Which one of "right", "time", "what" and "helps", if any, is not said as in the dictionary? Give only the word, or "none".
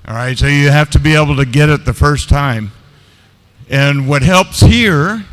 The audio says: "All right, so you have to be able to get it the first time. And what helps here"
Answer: none